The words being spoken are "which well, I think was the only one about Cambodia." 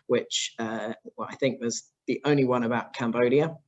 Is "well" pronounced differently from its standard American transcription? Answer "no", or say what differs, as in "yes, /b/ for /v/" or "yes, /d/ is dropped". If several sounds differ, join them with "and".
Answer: yes, /w/ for /l/